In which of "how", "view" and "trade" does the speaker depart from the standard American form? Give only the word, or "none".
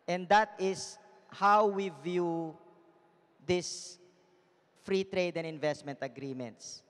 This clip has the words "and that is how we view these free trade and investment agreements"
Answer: none